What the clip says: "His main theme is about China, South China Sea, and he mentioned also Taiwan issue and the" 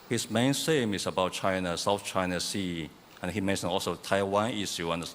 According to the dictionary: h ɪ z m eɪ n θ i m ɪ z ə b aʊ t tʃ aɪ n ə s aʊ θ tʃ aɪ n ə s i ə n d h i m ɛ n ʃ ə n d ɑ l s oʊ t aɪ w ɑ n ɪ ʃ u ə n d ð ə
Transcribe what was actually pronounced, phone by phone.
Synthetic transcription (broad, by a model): h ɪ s m eɪ n s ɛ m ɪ s ə b aʊ t tʃ aɪ n ə s aʊ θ tʃ aɪ n ə s i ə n h i m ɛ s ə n ɑ l s oʊ t aɪ w ɑ n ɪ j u ə n d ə